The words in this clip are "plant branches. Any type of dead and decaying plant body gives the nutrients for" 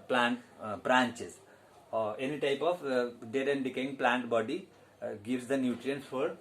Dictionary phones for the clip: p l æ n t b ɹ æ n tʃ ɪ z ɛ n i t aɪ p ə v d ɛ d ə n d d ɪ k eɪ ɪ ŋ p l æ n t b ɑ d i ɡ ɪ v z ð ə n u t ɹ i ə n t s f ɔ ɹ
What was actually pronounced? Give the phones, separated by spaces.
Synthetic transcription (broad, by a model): p l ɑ n t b ɹ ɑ n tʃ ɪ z ɛ n i t aɪ p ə p d ɛ d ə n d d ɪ k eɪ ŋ p l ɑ n t b ɑ d i ɡ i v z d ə n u t ɹ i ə n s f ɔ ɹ